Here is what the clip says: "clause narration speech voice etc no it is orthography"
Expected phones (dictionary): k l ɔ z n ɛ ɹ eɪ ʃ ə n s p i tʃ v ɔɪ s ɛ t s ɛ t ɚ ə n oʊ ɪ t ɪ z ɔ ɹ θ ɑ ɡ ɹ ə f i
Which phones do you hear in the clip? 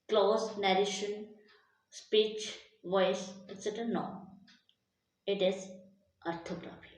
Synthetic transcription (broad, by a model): k l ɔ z n ɛ ɹ eɪ ʃ ə n s p i tʃ v ɔɪ s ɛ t s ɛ t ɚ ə n oʊ ɪ t ɪ z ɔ ɹ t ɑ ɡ ɹ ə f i